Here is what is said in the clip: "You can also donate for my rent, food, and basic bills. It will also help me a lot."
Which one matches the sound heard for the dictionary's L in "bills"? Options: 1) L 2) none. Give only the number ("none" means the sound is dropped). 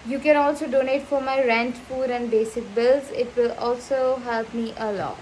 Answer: 1